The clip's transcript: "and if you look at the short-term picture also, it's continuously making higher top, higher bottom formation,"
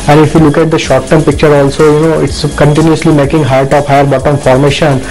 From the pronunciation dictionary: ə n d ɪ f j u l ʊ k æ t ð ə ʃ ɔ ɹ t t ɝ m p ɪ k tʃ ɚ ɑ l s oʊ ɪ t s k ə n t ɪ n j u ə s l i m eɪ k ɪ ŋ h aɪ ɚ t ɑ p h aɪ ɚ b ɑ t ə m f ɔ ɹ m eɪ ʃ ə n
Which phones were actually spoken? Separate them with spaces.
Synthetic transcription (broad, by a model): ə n d ɪ f j u l ʊ k æ t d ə ʃ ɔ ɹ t t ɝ m p ɪ k tʃ ɚ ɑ l s oʊ ɪ t s k ə n t ɪ n j u ə s l i m eɪ k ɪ ŋ h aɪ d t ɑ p h aɪ ɚ b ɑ t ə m f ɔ ɹ m eɪ ʃ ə n